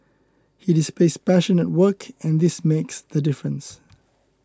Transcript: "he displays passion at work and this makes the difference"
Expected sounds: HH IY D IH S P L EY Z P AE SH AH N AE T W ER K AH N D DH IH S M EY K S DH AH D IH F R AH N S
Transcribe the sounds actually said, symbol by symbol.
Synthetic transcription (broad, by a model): HH IY D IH S P L EY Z P AE SH AH N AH T W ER K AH N DH IH S M EY K S DH AH D IH F R AH N S